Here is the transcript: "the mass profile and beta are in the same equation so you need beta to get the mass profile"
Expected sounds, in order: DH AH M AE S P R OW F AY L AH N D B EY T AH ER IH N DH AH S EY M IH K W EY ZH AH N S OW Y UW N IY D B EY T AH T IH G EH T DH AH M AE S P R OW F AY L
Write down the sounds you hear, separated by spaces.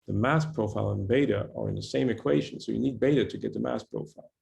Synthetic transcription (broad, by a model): DH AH M AE S P R OW F AY L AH N B EY T AH ER IH N DH AH S EY M IH K W EY ZH AH N S OW Y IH N IY D B EY T AH T IH G EH T DH AH M AE S P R OW F AY L